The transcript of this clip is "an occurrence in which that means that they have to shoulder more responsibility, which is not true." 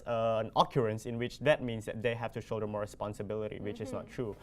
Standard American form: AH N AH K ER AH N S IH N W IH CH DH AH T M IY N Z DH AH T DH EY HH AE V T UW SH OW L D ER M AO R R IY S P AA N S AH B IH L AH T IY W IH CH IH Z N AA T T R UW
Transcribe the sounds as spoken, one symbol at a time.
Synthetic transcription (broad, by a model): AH N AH K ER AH N S IH N W IH CH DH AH T M IY N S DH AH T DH EY HH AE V T UW SH OW D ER M AO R R IY S P AA N S AH B IH L AH T IY W IH CH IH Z N AA T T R UW